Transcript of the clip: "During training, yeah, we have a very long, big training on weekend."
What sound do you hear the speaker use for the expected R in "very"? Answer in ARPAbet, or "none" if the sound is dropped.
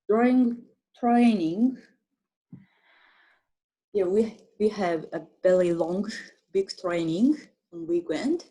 L